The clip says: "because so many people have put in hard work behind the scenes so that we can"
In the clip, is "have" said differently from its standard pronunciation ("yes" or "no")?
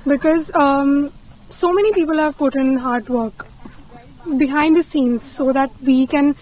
no